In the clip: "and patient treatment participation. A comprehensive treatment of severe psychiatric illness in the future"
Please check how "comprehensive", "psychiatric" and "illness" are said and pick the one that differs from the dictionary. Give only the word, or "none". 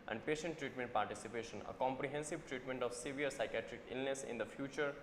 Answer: none